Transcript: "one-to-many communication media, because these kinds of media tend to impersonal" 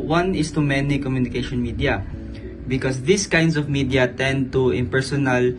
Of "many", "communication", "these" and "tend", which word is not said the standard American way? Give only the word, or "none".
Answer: these